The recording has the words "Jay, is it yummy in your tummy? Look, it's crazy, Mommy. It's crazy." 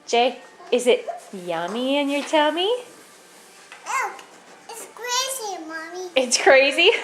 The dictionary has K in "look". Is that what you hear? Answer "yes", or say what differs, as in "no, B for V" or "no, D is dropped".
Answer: no, K is dropped